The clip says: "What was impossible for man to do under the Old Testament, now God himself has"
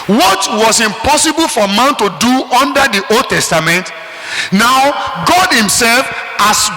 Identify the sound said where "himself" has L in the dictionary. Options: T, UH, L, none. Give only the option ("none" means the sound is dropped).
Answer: L